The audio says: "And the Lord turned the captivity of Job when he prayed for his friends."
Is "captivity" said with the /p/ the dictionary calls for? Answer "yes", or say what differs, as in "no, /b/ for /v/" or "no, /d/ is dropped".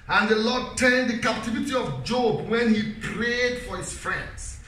yes